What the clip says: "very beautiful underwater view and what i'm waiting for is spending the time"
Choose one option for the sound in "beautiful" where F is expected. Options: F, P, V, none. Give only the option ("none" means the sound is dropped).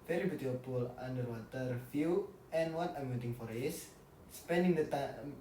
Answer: P